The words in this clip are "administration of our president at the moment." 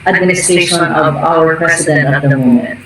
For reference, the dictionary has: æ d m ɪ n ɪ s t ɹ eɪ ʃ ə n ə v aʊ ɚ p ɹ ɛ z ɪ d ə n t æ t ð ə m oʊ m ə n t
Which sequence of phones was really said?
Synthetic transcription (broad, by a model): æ d m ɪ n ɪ s t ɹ eɪ ʃ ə n ə v aʊ ɚ p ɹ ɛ s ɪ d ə n t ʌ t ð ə m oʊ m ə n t